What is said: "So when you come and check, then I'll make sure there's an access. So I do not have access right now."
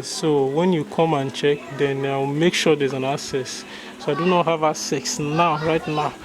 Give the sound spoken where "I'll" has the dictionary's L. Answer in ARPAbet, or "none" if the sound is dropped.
W